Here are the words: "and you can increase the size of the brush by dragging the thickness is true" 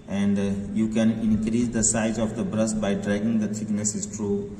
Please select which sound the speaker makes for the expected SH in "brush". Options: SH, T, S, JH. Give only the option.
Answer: S